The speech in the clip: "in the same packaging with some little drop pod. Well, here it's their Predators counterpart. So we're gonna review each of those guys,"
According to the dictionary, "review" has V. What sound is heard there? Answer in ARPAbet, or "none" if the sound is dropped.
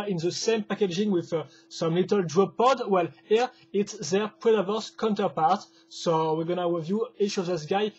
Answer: V